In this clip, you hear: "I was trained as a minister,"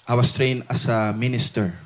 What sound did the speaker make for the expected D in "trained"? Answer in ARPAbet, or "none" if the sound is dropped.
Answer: none